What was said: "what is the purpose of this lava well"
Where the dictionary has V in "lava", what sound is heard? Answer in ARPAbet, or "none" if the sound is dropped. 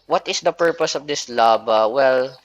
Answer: B